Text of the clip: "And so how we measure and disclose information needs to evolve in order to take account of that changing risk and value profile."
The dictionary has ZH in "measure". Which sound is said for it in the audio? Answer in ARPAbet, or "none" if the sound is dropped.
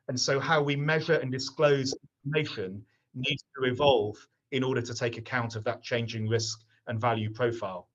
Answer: ZH